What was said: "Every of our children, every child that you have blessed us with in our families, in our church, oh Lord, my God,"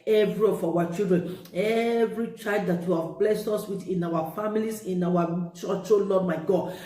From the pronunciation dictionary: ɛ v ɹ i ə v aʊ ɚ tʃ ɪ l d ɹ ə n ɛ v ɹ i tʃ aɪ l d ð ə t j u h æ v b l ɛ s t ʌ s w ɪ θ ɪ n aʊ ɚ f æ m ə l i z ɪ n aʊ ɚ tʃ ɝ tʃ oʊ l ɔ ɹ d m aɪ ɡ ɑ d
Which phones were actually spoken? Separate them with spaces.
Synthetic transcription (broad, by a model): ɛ v ɹ i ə f aʊ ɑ tʃ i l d ɹ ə n ɛ v ɹ i tʃ aɪ l d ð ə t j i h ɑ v b l ɛ s t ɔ s w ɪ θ ɪ n aʊ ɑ f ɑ m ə l i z ɪ n aʊ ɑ tʃ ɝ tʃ oʊ l ɔ d m aɪ ɡ ɑ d